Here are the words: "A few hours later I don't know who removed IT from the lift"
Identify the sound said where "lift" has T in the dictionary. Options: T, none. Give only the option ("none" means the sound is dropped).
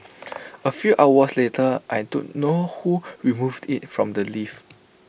none